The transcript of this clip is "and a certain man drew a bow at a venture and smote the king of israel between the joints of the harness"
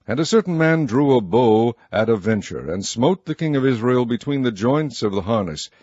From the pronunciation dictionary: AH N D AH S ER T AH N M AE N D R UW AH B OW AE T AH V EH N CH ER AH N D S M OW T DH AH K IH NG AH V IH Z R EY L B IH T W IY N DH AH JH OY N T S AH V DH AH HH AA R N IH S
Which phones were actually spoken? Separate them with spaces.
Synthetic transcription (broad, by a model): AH N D AH S ER T N M AE N D R UW AH B OW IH T AH V EH N CH ER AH N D S M OW T DH AH K IH NG AH V IH Z R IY L B IH T W IY N DH AH JH OY N T S AH V DH AH HH AA R N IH S